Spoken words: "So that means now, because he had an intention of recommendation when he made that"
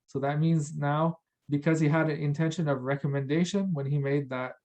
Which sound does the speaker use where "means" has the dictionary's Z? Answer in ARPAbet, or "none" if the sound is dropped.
Z